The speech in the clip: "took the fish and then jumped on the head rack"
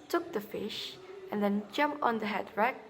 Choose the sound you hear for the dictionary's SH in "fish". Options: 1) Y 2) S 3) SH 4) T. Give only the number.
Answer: 3